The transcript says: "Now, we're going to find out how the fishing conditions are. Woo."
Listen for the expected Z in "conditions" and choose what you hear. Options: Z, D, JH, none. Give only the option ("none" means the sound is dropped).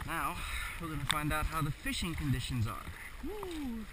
Z